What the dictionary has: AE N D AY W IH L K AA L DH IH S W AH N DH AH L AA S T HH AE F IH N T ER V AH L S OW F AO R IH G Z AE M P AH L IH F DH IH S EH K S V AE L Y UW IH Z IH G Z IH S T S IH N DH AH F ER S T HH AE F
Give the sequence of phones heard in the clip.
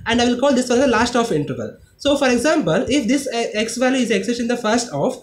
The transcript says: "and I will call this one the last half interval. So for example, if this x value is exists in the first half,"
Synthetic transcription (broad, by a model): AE N D AY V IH L K AA L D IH S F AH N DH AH L AA S T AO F IH N T ER V AH L S OW F AO R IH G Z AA M P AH L IH F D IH S EH K S V AE L Y UW IH Z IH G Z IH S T IH N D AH F ER S T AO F